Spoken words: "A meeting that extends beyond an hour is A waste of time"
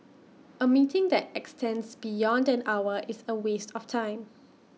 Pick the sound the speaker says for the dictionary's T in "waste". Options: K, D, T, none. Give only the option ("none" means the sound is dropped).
T